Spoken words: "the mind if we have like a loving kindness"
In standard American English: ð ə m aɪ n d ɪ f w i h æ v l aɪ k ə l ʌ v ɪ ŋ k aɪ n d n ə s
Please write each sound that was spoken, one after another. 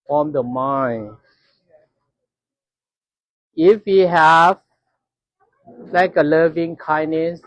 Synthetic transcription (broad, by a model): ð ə m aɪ n ɪ f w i h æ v l aɪ k ə l ʌ v ɪ ŋ k aɪ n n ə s